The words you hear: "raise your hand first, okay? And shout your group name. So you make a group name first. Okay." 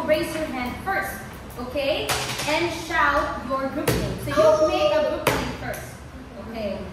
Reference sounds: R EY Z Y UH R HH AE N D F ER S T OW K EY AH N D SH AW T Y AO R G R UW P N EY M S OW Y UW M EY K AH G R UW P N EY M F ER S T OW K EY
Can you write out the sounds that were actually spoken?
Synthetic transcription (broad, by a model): R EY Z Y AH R HH AE N D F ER S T OW K EY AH N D SH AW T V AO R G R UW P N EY S OW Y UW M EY AH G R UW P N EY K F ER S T OW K EY